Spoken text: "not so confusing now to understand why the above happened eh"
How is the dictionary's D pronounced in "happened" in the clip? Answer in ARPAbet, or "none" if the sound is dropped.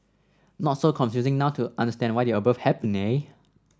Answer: none